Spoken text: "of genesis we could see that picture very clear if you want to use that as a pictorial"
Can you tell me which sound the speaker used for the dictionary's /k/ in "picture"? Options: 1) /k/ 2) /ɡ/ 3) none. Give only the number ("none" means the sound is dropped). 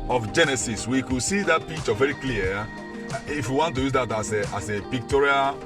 3